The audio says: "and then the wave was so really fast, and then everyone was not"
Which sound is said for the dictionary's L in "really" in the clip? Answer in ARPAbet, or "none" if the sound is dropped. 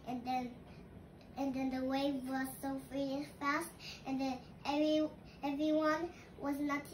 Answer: none